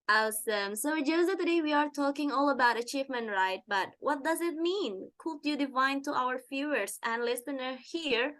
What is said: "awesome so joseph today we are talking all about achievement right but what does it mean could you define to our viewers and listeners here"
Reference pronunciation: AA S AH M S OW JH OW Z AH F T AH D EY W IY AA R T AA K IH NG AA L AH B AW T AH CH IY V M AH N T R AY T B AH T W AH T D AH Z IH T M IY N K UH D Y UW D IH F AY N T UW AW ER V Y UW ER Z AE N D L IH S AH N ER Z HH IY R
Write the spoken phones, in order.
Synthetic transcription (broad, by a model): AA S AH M S OW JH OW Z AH T AH D EY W IY AA R T AA K IH NG AA L AH B AW T AH CH IY V M AH N T R AY T B AH T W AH T D AH Z IH T M IY N K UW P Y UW D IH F AY N T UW AW ER F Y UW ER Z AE N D L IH S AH N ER HH IY R